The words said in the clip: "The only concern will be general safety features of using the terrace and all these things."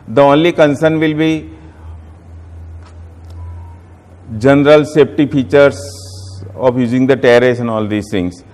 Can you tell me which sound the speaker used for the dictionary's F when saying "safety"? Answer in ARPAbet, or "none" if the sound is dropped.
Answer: P